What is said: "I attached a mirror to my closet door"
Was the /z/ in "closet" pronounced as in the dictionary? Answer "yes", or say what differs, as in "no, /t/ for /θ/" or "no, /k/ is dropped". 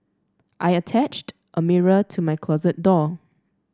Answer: yes